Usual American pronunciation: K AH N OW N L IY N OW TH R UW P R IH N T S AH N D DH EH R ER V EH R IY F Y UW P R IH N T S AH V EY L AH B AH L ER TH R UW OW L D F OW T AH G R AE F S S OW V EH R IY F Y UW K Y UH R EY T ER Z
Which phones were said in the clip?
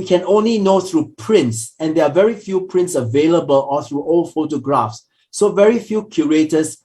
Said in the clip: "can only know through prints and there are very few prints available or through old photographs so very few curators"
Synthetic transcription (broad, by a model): K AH N OW N L IY N OW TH R UW P R IH N T S AH N D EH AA V EH R IY F Y UW P R IH N T S AH V EY L AH B AH L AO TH R UW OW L F OW T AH G R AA F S S OW V EH R IY F Y UW K Y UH R EY T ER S